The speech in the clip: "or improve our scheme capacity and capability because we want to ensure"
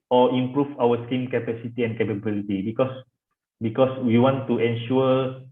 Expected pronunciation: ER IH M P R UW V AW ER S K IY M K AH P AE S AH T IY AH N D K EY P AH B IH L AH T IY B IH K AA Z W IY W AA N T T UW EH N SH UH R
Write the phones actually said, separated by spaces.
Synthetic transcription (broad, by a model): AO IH M P R UW F AW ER S K IY M K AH P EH S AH T IY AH N K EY P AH B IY L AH T IY B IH K AA S W IY W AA N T T UW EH N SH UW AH